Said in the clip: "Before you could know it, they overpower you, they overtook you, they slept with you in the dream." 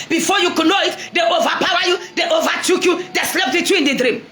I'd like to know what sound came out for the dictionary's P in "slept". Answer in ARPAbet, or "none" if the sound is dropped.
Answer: P